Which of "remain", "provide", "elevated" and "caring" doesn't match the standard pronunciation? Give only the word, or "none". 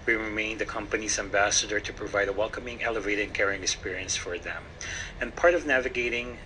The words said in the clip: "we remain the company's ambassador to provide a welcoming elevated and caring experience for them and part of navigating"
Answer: elevated